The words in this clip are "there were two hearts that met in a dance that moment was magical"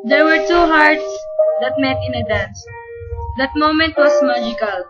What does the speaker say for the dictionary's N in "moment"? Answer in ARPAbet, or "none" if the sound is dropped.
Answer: N